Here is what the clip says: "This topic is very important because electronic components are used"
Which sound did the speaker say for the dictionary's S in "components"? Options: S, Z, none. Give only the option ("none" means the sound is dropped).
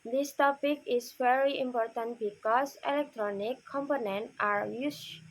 none